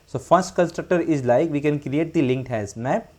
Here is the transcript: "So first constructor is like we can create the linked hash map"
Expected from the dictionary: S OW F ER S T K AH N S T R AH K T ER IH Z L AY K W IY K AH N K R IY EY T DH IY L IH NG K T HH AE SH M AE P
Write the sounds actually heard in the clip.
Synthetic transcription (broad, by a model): S OW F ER S T K AH N S T R AH K T ER IH Z L AY K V IY K AH N K R IY EY T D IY L IH NG K T HH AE S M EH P